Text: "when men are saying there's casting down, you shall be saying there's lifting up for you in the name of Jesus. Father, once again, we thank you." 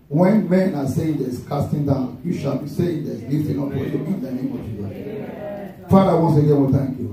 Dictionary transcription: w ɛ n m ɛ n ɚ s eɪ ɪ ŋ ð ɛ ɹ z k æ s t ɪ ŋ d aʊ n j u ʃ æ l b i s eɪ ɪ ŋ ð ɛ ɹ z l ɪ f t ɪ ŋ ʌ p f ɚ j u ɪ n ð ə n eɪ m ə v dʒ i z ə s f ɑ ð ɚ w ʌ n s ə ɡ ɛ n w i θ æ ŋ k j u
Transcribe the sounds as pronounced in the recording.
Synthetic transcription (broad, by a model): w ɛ n m ɛ n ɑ s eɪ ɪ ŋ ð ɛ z k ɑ s t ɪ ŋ d aʊ n j u ʃ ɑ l b i s eɪ ɪ ŋ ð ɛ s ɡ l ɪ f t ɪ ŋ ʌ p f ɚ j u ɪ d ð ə n eɪ m ə v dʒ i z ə f ɑ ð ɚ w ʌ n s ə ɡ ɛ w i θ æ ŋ k j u